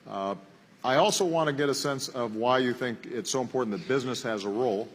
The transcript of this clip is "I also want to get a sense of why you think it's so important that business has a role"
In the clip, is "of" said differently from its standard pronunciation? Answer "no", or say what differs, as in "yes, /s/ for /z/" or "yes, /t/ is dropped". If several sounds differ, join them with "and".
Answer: no